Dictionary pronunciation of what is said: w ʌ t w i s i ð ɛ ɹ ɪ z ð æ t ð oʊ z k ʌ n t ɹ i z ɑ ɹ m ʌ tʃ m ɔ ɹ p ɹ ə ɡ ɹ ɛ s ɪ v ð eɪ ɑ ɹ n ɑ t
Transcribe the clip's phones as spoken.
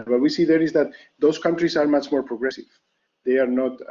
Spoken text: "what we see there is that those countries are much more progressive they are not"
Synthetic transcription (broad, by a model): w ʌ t w i s i ð ɛ ɹ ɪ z ð æ t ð oʊ s k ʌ n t ɹ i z ɑ ɹ m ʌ tʃ m ɔ ɹ p ɹ ə ɡ ɹ ɛ s ɪ v ð eɪ ɑ ɹ n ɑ t